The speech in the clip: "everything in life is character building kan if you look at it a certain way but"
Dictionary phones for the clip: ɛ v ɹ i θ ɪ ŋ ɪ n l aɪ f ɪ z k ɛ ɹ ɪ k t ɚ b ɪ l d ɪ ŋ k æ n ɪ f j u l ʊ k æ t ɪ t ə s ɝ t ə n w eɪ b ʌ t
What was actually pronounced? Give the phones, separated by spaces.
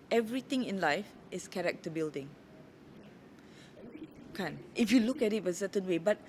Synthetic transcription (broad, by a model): ɛ v ɹ i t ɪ ŋ ɪ n l aɪ f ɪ s k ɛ ɹ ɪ k t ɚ b ɪ l d ɪ ŋ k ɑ n ɪ f j u l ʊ k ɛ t ɪ t ə s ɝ t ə n w eɪ b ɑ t